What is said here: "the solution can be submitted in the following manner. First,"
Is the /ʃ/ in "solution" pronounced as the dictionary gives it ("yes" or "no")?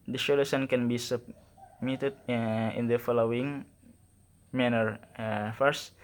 no